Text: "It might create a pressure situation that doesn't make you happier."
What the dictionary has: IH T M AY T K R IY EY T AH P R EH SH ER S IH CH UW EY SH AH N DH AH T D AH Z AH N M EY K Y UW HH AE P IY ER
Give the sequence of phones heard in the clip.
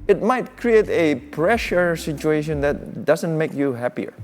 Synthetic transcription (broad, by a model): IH T M AY T K R IY EY T AH P R EH SH ER S IH CH UW EY SH AH N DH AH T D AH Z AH N M EY K Y UW HH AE P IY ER